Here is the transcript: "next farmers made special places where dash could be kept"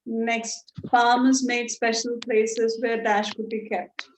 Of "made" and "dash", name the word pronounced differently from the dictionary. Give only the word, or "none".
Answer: none